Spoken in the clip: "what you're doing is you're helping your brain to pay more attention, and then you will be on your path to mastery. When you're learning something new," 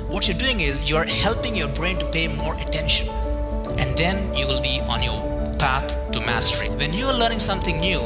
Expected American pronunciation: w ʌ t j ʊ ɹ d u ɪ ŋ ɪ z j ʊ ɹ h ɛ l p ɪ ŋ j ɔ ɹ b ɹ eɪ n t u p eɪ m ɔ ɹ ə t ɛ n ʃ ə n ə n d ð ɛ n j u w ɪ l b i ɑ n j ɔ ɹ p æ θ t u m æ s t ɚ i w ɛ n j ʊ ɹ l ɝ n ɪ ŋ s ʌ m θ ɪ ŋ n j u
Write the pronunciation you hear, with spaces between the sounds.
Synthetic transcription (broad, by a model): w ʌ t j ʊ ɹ d u ɪ ŋ ɪ z j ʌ ɹ h ɛ l p ɪ ŋ j ɔ ɹ b ɹ eɪ n t u p eɪ m ɔ ɹ ə t ɛ n ʃ ə n ə n d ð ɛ n j u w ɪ l b i ɑ n j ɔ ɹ p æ t t u m æ s t ɚ i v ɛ n j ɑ ɹ l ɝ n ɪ ŋ s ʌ m t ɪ ŋ n j u